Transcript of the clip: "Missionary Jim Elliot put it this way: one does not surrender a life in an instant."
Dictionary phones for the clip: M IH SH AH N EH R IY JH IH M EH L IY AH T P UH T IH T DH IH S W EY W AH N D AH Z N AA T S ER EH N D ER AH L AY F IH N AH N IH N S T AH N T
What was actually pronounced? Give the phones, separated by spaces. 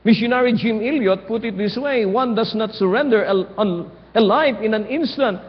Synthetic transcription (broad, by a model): M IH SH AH N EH R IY JH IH M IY L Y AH T P UH T IH T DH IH S W EY W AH N D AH S N AA T S ER EH N D ER AH L AY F IH N AH N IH N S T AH N T